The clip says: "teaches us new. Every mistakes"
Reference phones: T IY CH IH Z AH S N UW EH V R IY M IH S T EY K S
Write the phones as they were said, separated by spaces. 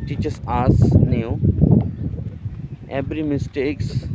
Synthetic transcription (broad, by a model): T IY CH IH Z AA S N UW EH B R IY M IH S T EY K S